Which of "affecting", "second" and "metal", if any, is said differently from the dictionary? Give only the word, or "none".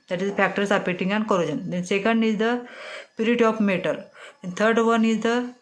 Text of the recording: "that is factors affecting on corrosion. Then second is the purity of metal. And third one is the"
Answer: affecting